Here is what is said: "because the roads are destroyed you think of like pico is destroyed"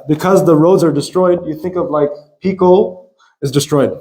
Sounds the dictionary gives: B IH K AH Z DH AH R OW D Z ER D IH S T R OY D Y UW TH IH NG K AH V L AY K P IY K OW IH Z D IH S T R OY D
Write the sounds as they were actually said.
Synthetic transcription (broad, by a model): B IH K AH Z DH AH R OW D Z ER D IH S T R OY D Y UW TH IH NG K AH V L AY K P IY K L IH Z D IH S T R OY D